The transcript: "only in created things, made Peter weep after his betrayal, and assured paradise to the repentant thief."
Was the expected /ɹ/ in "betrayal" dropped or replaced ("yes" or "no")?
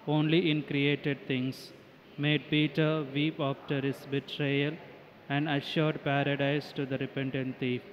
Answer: no